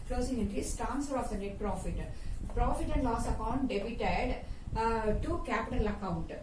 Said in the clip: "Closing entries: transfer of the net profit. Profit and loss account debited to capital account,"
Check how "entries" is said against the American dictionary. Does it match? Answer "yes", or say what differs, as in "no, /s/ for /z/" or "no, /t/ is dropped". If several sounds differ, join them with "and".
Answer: no, /ɹ/ is dropped and /s/ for /z/